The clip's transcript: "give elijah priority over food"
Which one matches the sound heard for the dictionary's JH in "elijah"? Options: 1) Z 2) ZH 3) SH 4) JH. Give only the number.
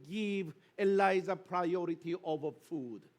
1